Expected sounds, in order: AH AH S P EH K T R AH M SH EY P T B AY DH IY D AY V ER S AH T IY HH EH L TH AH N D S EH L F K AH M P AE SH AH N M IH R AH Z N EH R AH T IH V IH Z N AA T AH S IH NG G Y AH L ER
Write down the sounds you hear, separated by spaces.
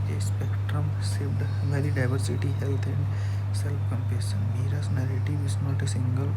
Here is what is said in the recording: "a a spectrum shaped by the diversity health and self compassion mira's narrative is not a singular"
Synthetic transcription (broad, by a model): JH AH S P EH K T R AH M S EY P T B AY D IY D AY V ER S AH T IY HH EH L T AH N D S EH L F K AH M P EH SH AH N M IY R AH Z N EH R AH T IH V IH S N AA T AH S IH NG G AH L